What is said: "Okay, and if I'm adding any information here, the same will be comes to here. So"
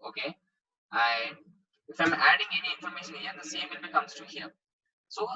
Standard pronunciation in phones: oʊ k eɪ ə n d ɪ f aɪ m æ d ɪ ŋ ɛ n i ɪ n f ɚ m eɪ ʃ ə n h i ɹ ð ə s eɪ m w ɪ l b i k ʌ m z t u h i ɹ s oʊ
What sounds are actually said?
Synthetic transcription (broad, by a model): oʊ k eɪ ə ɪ ɪ f aɪ m æ d ɪ ŋ ɛ n i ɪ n f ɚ m eɪ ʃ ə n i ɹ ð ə s eɪ m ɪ n b i k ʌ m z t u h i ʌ s oʊ